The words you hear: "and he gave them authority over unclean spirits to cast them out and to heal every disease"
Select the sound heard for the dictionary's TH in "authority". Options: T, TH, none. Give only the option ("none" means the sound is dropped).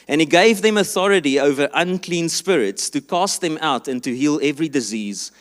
TH